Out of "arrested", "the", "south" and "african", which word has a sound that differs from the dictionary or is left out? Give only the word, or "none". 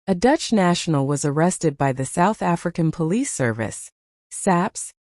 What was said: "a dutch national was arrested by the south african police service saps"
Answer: none